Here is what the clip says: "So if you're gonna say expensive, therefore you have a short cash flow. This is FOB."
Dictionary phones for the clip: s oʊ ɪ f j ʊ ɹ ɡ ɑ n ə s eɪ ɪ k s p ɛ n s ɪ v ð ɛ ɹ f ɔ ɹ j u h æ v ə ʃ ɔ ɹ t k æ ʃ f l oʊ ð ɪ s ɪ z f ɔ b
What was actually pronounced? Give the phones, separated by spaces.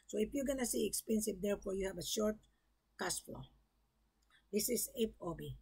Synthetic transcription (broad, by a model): s oʊ ɪ f j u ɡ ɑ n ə s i ɪ k s p ɛ n s ɪ v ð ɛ ɹ f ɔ ɹ j u h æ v ə ʃ ɔ ɹ t k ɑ s f l oʊ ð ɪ s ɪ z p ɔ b